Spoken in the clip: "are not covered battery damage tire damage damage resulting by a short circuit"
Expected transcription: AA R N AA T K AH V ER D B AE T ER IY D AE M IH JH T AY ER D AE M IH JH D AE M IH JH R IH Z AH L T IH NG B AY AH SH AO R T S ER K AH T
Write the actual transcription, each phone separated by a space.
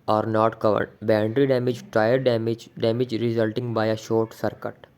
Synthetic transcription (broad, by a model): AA R N AA T K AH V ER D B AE T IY D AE M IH JH T AY ER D M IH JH D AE M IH JH R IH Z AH L T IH NG B AY AH SH AO R T S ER K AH T